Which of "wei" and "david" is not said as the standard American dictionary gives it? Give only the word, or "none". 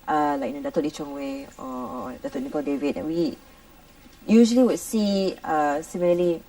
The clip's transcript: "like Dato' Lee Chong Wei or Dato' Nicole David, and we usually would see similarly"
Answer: none